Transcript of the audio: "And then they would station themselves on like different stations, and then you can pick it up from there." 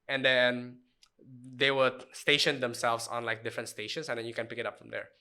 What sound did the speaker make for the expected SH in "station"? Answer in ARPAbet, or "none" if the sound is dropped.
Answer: SH